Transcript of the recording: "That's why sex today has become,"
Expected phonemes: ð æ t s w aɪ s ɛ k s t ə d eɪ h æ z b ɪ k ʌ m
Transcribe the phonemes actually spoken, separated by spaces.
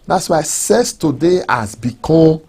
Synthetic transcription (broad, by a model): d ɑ t s w aɪ s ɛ s t ə d eɪ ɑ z b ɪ k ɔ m